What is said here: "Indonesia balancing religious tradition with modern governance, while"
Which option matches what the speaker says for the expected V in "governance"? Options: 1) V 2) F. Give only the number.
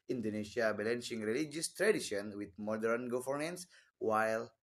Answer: 2